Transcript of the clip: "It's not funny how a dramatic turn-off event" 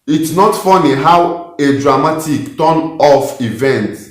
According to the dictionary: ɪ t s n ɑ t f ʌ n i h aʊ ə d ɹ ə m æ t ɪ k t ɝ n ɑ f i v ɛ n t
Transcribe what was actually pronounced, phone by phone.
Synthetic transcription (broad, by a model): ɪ t s n ɑ t f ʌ n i h aʊ ə d ɹ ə m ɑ t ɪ k t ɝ n ɑ f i v ɛ n t